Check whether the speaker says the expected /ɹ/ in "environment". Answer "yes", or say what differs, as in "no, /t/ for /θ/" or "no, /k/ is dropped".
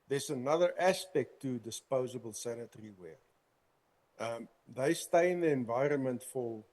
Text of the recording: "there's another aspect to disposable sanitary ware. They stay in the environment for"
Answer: yes